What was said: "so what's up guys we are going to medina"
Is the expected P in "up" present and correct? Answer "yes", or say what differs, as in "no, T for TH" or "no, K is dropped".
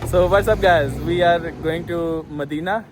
no, B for P